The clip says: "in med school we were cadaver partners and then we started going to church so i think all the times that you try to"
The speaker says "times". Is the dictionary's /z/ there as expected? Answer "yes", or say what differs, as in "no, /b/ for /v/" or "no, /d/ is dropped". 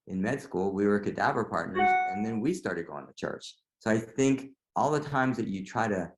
yes